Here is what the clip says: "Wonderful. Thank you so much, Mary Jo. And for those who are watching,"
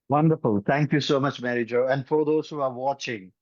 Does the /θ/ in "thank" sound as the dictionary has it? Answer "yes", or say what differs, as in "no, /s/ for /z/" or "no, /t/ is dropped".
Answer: no, /t/ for /θ/